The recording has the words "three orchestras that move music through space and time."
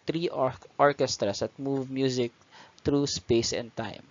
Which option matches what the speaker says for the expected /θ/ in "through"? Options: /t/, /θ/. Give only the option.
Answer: /t/